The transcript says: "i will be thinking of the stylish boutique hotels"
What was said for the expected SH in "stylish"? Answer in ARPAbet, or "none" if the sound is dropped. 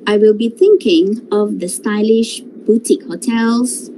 SH